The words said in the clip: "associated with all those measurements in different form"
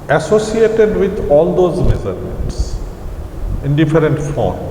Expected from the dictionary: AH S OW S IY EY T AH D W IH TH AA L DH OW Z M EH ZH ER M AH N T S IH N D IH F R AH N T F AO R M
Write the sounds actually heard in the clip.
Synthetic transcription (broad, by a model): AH S OW S IY EY T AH D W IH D AA L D OW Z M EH Z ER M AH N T S IH N D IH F R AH N T F AO R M